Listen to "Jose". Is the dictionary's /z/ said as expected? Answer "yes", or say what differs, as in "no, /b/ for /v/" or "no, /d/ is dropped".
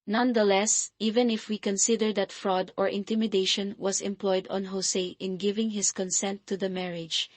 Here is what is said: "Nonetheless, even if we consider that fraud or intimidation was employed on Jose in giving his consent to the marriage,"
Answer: no, /s/ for /z/